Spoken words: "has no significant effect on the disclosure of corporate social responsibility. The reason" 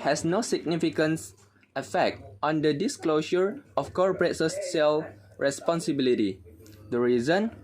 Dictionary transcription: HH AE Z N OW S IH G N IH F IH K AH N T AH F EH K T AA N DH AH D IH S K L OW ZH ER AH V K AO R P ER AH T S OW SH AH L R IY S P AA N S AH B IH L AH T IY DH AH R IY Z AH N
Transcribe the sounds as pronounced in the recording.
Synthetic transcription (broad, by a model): HH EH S N OW S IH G N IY F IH K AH N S AH F EH K T AA N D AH D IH S K L OW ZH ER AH F K AO R P ER AH T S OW S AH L R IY S P AA N S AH B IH L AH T IY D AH R IY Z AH N